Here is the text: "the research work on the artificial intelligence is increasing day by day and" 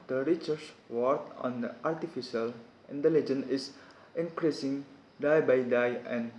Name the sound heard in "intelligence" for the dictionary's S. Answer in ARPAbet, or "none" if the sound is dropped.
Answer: none